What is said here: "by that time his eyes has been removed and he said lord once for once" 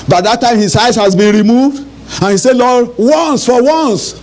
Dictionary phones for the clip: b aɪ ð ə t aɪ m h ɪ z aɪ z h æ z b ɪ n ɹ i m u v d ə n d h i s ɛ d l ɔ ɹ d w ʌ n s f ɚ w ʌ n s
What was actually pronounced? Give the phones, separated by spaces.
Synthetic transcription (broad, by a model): b aɪ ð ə t aɪ m h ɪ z aɪ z h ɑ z b ɪ n ɹ i m u v d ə n h i s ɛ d l ɔ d w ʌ n s f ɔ w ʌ n s